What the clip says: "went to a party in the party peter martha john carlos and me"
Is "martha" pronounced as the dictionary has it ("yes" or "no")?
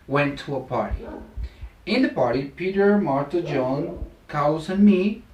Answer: no